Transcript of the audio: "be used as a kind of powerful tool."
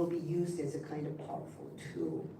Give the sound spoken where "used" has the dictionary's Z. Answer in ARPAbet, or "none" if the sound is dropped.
Z